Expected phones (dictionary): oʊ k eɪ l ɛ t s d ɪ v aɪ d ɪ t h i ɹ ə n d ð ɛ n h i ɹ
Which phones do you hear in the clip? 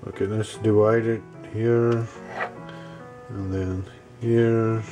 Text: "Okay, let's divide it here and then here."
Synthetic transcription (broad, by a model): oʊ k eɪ n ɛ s d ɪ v aɪ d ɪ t h i ɹ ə n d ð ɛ n h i ɹ